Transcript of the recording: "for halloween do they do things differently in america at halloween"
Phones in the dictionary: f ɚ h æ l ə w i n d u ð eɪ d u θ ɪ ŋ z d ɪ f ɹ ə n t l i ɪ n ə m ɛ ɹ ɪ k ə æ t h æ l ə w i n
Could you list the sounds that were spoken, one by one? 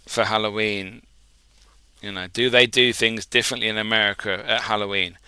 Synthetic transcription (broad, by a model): f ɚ h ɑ l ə w i n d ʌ ð eɪ d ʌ θ ɪ ŋ z d ɪ f ɹ ə n t l i ɪ n ə m ɛ ɹ ɪ k ə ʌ t h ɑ l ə w i n